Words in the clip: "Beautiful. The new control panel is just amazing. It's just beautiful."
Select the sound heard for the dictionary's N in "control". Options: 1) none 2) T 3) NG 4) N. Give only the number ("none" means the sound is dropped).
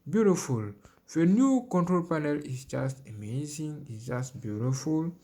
4